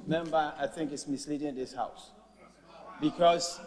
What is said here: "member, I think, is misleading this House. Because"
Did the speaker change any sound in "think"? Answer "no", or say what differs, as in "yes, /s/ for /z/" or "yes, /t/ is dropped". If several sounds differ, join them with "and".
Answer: no